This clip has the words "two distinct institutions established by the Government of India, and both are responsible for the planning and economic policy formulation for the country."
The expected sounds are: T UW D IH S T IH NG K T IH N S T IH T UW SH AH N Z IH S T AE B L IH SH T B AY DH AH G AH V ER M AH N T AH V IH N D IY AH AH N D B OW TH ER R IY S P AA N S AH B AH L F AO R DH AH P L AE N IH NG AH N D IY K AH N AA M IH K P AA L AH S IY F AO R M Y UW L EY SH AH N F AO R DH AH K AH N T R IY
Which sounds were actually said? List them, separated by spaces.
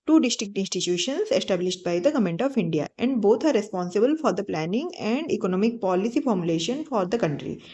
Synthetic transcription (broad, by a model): T UW D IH S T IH K T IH N S T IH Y UW SH AH N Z IH S T AE B L IH SH T B AY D AH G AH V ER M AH N T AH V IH N D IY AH AH N D B OW T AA R IY S P AA N S AH B AH L F AO R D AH P L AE N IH NG AH N D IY K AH N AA M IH K P AA L AH S IY F AO R M Y UW L EY SH AH N F AO R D AH K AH N T R IY